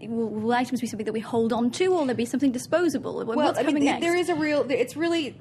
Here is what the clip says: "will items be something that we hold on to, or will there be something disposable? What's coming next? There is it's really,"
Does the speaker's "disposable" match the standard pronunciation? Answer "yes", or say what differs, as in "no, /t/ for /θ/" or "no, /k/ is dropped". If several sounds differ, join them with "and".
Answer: yes